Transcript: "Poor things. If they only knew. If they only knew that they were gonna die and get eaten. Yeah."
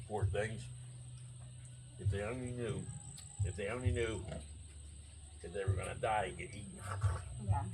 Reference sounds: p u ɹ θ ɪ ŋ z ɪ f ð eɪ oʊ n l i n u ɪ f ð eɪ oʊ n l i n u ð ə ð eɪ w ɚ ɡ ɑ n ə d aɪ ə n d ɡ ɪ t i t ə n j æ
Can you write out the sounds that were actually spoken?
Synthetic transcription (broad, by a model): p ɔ ɹ θ ɪ ŋ z ɪ f ð eɪ oʊ n l i n u ɪ f ð eɪ oʊ n l i n u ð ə ð eɪ w ɚ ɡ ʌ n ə d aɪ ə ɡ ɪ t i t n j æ